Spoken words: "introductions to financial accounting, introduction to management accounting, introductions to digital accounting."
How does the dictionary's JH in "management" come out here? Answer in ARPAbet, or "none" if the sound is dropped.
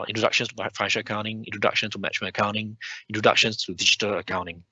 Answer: CH